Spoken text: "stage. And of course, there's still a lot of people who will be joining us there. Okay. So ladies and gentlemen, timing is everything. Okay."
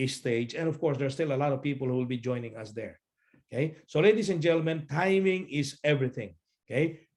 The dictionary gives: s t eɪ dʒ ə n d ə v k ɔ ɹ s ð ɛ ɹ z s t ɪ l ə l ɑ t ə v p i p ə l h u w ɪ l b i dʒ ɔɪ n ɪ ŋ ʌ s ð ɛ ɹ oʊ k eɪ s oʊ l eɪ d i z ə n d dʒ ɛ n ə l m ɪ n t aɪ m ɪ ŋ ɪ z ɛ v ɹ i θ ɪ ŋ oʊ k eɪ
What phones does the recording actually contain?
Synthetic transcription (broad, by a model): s t eɪ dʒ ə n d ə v k ɔ ɹ s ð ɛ ɹ s t ɪ l ə l ɑ t ə v p i p ə l h u w ɪ l b i dʒ ɔɪ n ɪ ŋ ʌ s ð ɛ ɹ oʊ k eɪ s oʊ l eɪ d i s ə n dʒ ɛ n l m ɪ n t aɪ m ɪ ŋ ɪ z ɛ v ɹ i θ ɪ ŋ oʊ k eɪ